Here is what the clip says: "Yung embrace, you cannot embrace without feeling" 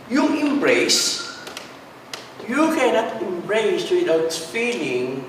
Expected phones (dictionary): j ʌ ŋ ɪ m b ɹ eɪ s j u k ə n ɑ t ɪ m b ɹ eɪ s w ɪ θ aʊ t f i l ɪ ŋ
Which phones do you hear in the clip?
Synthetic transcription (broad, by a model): j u ɪ m b ɹ eɪ s j u k ə n ɑ t ɪ m b ɹ eɪ s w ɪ t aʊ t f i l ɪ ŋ